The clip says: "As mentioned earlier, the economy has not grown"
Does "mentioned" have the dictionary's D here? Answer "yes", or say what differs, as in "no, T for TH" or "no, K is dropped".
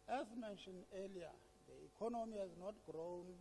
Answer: no, D is dropped